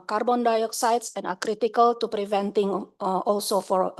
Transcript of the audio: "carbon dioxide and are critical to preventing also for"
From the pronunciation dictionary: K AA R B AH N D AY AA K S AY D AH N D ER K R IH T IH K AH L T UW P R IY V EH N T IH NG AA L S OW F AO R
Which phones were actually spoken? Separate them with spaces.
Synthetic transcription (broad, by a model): K AA R B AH N D AY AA K S AY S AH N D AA K R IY T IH K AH L T UW P R IY V EH N T IH NG AA L S OW F AO R